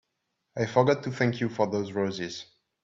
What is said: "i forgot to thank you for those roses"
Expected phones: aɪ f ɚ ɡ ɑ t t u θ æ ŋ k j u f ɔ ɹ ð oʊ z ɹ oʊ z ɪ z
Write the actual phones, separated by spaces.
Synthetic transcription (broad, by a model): aɪ f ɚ ɡ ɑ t t u θ æ ŋ k j u f ɔ ɹ ð oʊ z ɹ oʊ z ɪ z